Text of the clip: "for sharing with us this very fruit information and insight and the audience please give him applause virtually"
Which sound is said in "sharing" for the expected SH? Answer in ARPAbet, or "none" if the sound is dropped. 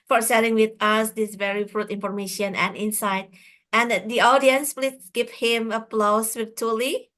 S